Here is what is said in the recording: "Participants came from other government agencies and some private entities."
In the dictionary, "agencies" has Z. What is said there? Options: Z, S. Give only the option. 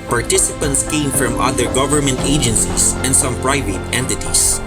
S